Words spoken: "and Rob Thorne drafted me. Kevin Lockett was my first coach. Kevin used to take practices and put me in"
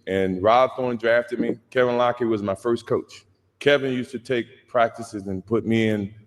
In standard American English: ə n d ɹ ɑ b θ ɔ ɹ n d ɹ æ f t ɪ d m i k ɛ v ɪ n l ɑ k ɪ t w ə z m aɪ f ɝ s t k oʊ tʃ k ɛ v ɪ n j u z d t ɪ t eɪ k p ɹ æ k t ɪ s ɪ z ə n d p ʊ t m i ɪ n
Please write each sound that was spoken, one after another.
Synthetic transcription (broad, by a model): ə n ɹ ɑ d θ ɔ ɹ n d ɹ æ f t ɪ d m i k ɛ v ɪ n l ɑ k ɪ w ə z m aɪ f ɝ s k oʊ tʃ k ɛ v ɪ n j u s t ɪ t eɪ k p ɹ æ k t ɪ s ɪ z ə n p ʊ t m i ɪ n